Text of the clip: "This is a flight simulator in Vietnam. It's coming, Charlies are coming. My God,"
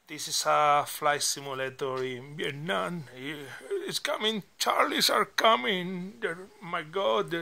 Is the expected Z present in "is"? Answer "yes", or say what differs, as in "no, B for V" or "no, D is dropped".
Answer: no, S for Z